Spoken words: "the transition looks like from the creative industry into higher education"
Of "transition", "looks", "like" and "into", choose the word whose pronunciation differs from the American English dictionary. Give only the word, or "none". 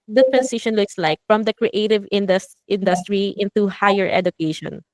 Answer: transition